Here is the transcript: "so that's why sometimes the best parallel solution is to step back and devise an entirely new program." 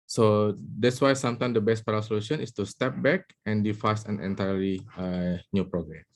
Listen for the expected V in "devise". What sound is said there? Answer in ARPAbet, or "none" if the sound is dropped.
F